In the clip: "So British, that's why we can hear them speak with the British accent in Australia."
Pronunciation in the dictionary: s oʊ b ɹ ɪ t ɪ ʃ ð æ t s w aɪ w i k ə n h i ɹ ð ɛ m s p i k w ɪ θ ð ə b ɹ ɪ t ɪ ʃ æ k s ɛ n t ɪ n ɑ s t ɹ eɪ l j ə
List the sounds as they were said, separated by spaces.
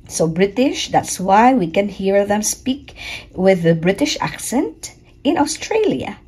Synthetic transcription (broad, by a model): s oʊ b ɹ ɪ t ɪ ʃ ð æ t s w aɪ w i k ə n h i ɹ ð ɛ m s p i k w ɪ ð ə b ɹ ɪ t ɪ ʃ æ k s ɛ n t ɪ n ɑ s t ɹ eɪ l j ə